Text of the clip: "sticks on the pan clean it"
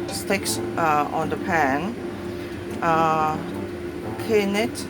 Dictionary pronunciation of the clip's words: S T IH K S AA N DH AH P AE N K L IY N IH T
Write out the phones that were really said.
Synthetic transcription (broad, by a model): S T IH K S AA N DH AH P AE N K IY N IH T